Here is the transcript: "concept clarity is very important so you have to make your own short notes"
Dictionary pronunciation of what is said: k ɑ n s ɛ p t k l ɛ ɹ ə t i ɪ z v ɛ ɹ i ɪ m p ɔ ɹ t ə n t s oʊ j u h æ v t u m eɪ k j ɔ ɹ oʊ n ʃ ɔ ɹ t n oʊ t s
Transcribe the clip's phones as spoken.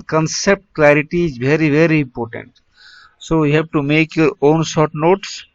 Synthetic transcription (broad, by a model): k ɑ n s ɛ p t k l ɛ ɹ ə t i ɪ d v ɛ ɹ i ɪ m p ɔ ɹ t ə n t s oʊ j u h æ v t u m eɪ k j ɔ ɹ oʊ n s ɔ ɹ t n oʊ t s